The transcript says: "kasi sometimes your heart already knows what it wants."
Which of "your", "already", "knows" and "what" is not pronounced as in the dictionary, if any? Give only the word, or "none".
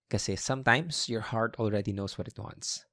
knows